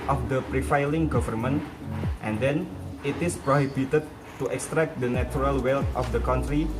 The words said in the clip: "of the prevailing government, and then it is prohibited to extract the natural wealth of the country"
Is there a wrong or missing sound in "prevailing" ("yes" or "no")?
yes